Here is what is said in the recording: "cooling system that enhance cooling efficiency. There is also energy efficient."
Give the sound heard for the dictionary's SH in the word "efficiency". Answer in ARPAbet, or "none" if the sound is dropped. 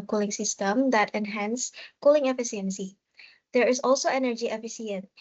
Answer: S